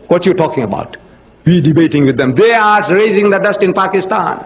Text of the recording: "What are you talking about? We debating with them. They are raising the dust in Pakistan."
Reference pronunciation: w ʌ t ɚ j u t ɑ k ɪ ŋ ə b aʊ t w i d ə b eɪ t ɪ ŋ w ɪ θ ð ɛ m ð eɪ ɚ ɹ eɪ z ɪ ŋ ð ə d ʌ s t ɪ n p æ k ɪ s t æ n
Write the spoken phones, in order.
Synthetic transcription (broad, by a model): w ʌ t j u t ɑ k ɪ ŋ ə b aʊ t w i d ə b eɪ t ɪ ŋ w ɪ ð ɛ m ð eɪ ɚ ɹ eɪ z ɪ ŋ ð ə d ʌ s t ɪ n p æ k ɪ s t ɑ n